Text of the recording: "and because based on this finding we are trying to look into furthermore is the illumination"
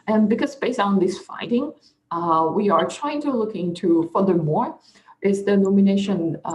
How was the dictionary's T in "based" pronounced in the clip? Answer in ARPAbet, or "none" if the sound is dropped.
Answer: none